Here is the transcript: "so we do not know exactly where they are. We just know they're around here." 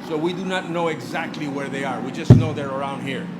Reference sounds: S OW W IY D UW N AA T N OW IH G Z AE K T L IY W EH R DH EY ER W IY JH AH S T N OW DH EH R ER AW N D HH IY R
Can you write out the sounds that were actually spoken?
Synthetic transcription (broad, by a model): S OW W IY D UW N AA T N OW IH G Z AE K T L IY W EH R DH EY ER W IY JH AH S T N OW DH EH R ER AW N D HH IY R